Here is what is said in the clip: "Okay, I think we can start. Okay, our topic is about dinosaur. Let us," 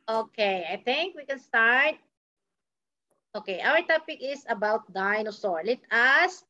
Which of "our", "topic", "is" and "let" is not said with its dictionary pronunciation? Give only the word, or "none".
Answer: is